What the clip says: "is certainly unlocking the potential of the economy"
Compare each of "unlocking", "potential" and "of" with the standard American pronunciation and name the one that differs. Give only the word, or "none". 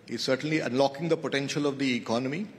none